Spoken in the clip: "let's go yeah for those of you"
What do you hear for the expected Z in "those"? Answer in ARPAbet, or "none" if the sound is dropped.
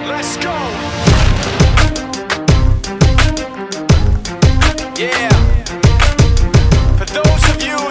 Z